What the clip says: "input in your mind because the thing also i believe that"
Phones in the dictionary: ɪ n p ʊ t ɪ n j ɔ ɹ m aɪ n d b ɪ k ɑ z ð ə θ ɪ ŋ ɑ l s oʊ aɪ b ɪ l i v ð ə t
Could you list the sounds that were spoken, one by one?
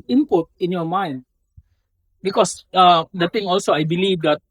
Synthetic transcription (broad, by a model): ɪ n p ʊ t ɪ n j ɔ m aɪ n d b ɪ k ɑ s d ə t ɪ ŋ ɑ l s oʊ aɪ b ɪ l i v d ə t